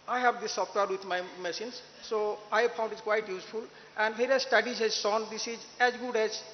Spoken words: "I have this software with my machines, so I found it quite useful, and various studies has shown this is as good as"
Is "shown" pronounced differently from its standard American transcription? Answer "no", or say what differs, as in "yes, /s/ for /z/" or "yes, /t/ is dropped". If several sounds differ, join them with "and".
yes, /s/ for /ʃ/